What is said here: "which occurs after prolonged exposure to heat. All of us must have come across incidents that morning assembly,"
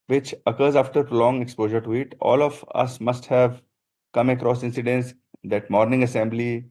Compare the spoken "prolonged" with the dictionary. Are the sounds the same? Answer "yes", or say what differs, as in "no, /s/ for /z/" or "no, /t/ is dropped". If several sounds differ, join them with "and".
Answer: no, /d/ is dropped